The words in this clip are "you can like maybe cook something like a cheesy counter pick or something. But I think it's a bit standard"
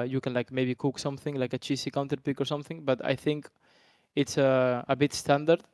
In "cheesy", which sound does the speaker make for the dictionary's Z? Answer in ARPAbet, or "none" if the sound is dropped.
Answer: S